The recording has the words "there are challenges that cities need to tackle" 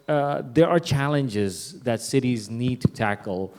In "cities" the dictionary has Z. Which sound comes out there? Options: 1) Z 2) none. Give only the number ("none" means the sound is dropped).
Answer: 1